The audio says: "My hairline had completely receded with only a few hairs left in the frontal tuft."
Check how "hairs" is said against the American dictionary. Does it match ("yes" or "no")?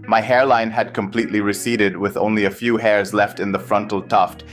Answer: yes